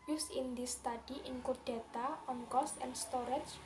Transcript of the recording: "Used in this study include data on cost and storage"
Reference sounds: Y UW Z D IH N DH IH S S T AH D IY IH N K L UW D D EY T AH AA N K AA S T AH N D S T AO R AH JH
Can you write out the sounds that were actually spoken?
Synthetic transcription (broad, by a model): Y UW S IH N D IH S S T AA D IY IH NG K UW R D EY T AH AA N K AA S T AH N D S T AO R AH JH